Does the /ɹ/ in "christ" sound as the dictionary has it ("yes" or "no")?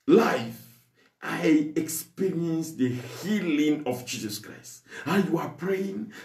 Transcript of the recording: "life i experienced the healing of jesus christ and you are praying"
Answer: yes